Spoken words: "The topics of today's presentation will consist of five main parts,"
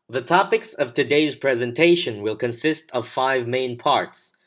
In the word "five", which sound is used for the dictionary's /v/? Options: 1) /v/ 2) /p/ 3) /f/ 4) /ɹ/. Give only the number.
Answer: 1